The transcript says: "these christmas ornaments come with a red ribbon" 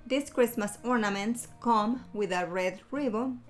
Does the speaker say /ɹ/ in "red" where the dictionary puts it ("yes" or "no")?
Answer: yes